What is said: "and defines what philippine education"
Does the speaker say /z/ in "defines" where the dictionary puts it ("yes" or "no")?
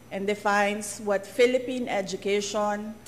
no